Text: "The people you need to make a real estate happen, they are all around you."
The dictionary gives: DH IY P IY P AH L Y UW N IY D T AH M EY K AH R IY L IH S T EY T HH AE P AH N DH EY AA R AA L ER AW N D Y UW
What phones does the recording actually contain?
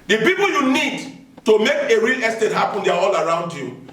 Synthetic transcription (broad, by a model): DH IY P IY P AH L Y UW N IY D T AH M EY K AH R IY L IH S T EY T HH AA P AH N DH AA AA L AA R AW N D Y UW